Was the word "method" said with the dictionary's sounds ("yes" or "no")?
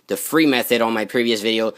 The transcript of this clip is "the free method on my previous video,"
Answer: yes